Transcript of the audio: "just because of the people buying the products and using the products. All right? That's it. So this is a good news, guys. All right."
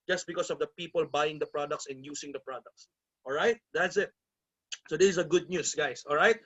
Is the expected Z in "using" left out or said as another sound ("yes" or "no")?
yes